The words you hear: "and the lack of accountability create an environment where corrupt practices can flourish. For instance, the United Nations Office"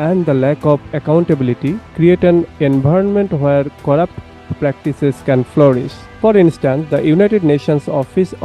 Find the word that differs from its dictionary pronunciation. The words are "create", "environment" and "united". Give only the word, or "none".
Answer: environment